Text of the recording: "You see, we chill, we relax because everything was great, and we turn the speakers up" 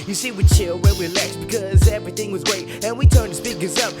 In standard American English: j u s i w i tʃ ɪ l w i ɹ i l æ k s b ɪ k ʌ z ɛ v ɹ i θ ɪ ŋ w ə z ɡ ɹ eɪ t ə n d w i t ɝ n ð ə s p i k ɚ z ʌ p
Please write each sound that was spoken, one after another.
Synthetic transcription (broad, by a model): j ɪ s i w i tʃ ɪ l w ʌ w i l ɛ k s b ɪ k ʌ z ɛ v ɹ i θ ɪ ŋ w ə z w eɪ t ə n w i t ɝ n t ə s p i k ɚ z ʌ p